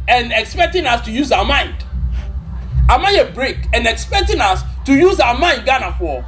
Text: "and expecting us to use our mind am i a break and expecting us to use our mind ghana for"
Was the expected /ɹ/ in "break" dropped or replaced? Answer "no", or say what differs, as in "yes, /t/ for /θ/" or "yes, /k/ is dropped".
no